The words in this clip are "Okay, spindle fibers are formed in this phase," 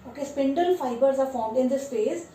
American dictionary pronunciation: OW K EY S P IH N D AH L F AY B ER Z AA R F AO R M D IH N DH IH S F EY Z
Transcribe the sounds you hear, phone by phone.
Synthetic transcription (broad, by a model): OW K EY S P IH N D AH L F AY B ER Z AA R F AO R M D IH N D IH S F EY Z